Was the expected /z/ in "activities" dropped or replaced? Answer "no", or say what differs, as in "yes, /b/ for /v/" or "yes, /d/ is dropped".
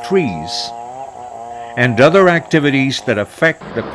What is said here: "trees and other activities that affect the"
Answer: no